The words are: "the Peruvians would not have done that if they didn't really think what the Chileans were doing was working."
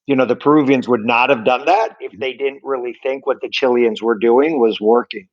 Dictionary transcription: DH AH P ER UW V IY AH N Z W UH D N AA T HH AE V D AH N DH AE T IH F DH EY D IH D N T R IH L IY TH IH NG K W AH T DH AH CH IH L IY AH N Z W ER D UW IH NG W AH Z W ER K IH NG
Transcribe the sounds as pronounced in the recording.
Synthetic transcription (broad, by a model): DH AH P ER UW V IY AH N Z W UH D N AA T HH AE V D AH N DH AE T IH F DH EY D IH D N T R IH L IY TH IH NG K W AH T DH AH CH IH L IY AH N Z W ER D UW IH NG W AH Z W ER K IH NG